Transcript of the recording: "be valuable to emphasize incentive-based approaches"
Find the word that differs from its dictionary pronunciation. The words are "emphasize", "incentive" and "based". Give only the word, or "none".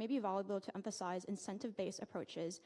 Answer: based